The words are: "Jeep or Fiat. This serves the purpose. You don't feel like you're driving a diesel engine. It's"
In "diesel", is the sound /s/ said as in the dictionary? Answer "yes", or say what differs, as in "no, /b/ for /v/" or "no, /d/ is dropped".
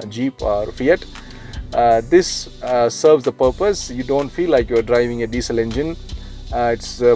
yes